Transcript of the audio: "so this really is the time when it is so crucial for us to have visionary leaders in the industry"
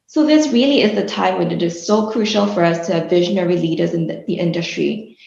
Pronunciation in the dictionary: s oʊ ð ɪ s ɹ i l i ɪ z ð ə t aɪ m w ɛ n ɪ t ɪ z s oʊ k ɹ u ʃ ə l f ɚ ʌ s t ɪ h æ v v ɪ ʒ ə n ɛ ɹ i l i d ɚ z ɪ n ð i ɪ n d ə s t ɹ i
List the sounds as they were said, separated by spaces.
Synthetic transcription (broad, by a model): s oʊ ð ɪ s ɹ i l i ɪ z ð ə t aɪ m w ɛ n ɪ t ɪ z s oʊ k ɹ u ʃ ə l f ɚ ʌ s t ɪ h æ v v ɪ ʒ ə n ɛ ɹ i l i d ɚ z ɪ n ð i ɪ n d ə s t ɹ i